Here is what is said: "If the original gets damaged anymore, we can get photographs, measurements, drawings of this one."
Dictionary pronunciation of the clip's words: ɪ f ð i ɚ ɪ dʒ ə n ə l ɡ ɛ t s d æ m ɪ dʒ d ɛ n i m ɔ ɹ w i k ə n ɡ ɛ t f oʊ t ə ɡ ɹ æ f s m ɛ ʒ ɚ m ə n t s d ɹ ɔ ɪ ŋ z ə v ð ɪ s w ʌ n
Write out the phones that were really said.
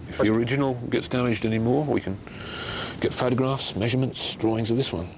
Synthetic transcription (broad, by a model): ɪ f ð i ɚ ɪ dʒ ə n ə l ɡ ɛ t s d æ m ɪ dʒ d ɛ n i m ɔ ɹ w i k ə n ɡ ɛ t f oʊ t ə ɡ ɹ æ f s m ɛ ʒ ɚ m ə n t s d ɹ ɔ ɪ ŋ z ə v ð ɪ s w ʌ n